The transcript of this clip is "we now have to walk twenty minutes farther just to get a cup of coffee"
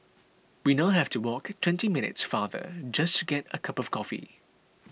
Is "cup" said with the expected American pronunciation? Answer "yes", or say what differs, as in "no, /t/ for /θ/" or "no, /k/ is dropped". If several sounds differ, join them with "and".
yes